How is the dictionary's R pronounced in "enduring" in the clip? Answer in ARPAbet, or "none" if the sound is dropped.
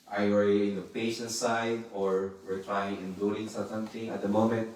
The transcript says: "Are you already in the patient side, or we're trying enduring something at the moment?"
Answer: L